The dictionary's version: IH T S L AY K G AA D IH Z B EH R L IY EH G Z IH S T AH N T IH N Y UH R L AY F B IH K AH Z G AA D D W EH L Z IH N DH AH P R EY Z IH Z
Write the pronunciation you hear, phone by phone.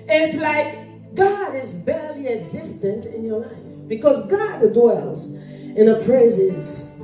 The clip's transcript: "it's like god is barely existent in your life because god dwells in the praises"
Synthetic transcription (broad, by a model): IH T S L AY K G AA D IH Z B EH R L IY EH G Z IH S T AH N T IH N Y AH R L AY F B IH K AH Z G AA D D W EH L Z IH N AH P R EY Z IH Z